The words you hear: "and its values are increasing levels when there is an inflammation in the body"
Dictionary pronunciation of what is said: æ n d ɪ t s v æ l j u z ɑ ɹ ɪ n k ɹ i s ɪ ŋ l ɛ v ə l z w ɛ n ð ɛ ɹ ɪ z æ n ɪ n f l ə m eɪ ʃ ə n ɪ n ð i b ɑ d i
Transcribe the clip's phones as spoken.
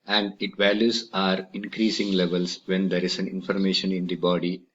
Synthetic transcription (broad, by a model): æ n d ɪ t v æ l j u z ɑ ɹ ɪ n k ɹ i s ɪ ŋ l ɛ v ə l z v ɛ n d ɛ ɹ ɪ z æ n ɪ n f ə m eɪ ʃ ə n ɪ n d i b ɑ d i